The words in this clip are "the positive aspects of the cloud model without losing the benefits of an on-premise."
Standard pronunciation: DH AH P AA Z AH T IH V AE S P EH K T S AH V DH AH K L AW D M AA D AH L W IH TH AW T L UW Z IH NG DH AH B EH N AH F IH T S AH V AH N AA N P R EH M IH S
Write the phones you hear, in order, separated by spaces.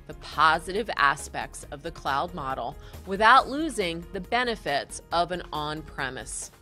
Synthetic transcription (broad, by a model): DH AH P AA Z AH T IH V AE S P EH K T S AH V DH AH K L AW D M AA D L W IH TH AW T L UW Z IH NG DH AH B EH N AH F IH T S AH V AH N AA N P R EH M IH S